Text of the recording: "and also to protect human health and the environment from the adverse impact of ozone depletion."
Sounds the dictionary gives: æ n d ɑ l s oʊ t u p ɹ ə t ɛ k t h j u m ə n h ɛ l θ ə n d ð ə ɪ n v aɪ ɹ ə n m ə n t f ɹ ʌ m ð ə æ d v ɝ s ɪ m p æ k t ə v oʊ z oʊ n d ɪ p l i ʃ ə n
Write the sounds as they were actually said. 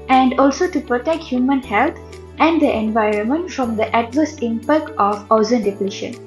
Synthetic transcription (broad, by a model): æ n d ɑ l s oʊ t u p ɹ ə t ɛ k t h j u m ə n h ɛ l t ə n d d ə ɪ n v aɪ ɹ ə n m ə n t f ɹ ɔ m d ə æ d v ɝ s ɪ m p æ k t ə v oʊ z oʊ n d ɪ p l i ʃ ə n